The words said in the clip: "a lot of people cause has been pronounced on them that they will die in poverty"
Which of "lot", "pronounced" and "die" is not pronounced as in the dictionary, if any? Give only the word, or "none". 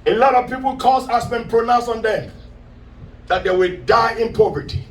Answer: pronounced